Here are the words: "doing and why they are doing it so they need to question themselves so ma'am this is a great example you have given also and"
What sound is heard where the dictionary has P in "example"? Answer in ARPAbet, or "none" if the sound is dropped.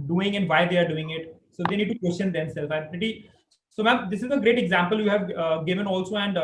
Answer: P